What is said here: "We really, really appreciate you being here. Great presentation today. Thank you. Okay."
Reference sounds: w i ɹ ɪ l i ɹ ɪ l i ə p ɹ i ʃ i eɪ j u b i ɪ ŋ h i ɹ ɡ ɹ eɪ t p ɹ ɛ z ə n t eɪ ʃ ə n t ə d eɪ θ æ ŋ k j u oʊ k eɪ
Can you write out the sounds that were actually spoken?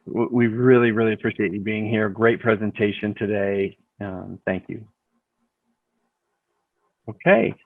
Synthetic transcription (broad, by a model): w i ɹ ɪ l i ɹ ɪ l i ə p ɹ i ʃ i eɪ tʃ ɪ b i ɪ ŋ h i ɹ ɡ ɹ eɪ t p ɹ ɛ z ə n t eɪ ʃ ə n t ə d eɪ θ æ ŋ k j u oʊ k eɪ